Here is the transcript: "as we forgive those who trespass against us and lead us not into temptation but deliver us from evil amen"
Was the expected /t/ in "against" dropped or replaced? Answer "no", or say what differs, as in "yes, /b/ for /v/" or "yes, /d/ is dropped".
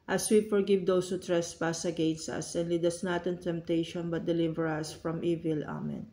no